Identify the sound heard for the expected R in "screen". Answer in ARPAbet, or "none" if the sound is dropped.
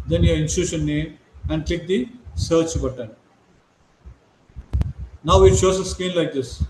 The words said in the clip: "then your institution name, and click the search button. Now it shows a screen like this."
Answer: none